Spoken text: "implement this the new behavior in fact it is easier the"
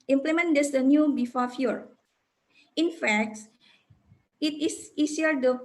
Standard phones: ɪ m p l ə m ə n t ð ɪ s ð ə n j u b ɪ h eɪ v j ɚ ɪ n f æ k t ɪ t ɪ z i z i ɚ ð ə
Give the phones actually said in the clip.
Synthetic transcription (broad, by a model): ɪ m p l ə m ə n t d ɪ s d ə n j u b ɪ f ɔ f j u ɪ n f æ k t ɪ t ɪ s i s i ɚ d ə